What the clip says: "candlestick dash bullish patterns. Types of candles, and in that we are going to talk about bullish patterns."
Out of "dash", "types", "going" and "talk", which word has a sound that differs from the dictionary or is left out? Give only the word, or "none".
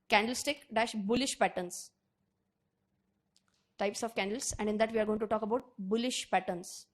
none